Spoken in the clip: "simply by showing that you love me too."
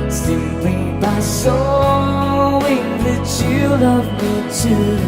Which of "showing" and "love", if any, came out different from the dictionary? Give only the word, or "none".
showing